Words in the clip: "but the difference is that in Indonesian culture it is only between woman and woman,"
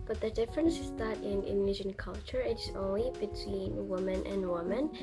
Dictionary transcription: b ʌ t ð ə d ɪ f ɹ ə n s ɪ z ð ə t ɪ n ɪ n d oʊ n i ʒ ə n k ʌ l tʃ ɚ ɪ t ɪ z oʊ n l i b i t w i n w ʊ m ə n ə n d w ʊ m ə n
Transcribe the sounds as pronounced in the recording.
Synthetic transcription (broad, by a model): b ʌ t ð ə d ɪ f ɹ ə n s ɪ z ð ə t ɪ n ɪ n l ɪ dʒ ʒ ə n k ʌ l tʃ ɚ ɪ t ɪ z oʊ n l i b i t w i n w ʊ m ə n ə n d w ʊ m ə n